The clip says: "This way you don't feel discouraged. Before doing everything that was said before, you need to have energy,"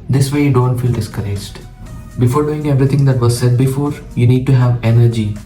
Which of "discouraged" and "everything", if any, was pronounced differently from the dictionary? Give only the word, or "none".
everything